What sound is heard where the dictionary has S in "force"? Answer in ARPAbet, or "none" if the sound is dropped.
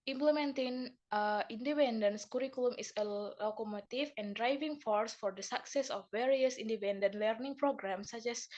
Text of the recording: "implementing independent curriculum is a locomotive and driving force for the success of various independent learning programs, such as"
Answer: S